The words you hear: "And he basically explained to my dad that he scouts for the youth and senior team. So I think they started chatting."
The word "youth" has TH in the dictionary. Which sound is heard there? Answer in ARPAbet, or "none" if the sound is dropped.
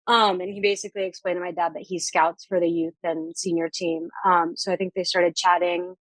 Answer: TH